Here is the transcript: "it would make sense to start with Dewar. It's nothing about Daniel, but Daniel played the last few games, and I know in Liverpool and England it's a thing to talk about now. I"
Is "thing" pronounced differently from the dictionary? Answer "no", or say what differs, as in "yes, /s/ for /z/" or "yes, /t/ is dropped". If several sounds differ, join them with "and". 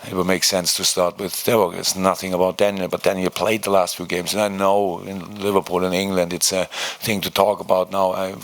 no